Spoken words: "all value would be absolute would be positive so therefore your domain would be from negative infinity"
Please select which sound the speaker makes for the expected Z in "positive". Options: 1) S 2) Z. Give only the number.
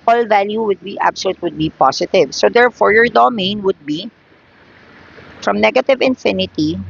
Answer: 1